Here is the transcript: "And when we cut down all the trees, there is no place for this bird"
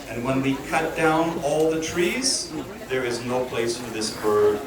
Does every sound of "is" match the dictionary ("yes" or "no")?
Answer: yes